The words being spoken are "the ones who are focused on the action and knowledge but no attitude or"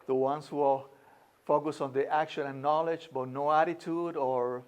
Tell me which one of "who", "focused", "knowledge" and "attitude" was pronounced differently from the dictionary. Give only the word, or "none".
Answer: focused